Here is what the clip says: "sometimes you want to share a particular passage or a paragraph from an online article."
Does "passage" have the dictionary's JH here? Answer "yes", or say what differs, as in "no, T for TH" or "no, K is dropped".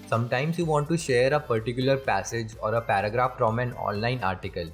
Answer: yes